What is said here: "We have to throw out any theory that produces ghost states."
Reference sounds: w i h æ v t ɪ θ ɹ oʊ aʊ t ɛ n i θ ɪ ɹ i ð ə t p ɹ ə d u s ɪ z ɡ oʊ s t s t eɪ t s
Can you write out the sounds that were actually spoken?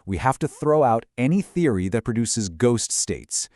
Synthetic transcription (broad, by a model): w i h æ f t ɪ θ ɹ oʊ aʊ t ɛ n i θ ɪ ɹ i ð ə t p ɹ ə d u s ɪ z ɡ oʊ s t s t eɪ t s